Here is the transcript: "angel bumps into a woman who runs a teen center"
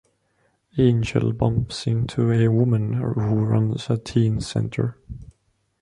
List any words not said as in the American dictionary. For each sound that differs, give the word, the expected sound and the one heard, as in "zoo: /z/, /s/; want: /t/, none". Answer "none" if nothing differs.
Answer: none